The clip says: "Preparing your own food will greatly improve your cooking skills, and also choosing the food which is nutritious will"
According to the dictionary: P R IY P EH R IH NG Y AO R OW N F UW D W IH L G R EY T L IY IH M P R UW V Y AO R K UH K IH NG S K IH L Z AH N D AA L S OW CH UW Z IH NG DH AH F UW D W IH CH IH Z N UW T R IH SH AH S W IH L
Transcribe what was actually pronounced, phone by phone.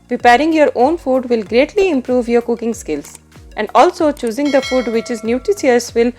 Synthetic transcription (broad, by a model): P R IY P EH R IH NG Y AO R OW N F UW D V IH L G R EY T L IY IH M P R UW V Y AO R K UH K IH NG S K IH L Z AH N D AA L S OW CH UW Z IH NG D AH F UW D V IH CH IH Z N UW T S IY AH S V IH L